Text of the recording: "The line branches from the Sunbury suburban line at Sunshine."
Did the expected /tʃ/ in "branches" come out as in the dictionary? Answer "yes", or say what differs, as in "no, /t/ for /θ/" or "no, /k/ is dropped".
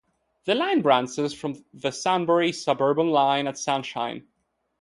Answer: no, /s/ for /tʃ/